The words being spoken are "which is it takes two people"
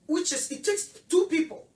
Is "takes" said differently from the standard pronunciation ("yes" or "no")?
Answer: no